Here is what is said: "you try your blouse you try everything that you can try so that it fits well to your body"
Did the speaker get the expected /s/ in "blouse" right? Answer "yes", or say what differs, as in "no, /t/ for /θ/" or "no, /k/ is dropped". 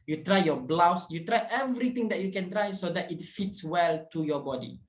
yes